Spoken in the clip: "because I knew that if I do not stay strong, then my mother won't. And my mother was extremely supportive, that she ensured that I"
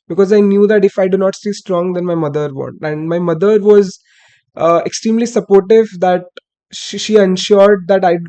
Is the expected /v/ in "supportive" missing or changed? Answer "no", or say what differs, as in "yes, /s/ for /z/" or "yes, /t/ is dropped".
no